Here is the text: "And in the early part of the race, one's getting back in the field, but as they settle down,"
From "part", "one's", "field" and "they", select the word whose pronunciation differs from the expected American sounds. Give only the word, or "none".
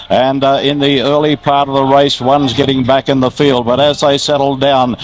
none